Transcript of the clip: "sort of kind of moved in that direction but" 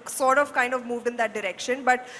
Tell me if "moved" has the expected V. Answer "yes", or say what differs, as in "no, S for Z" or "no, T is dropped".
yes